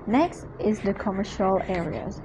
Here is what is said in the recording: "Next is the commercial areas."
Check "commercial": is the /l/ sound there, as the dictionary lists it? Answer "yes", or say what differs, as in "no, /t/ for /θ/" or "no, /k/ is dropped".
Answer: yes